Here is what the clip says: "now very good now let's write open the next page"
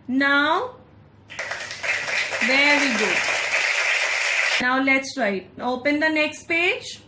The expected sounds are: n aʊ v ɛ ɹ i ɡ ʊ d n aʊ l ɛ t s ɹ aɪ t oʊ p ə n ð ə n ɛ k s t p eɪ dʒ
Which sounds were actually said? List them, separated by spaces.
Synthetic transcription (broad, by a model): n aʊ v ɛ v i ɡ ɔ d n aʊ l ɛ t s ɹ aɪ t oʊ p ə n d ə n ɛ k s t p eɪ dʒ